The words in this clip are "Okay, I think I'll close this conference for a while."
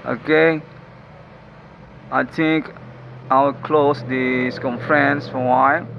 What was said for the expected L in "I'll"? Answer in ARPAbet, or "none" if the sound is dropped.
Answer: W